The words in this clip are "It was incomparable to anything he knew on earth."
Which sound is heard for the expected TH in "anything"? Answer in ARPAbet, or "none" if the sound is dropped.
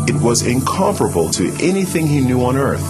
TH